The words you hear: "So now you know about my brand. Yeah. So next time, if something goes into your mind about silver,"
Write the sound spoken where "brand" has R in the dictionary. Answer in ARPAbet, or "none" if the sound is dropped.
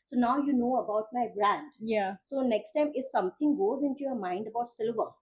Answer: R